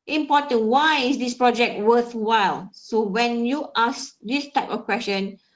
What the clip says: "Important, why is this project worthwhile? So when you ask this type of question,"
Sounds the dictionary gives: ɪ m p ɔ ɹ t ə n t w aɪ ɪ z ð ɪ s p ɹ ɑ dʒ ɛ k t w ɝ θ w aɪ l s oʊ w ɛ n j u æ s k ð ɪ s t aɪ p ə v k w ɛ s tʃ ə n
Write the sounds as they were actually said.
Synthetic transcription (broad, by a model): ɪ m p ɔ t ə n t w aɪ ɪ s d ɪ s p ɹ ɑ dʒ ɛ k t w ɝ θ w aɪ l s oʊ w ɛ n j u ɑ s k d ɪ s t aɪ p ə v k w ɛ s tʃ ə n